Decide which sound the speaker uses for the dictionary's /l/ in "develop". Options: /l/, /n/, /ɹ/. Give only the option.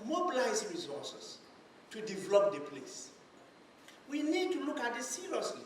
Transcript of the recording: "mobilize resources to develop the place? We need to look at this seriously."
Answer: /l/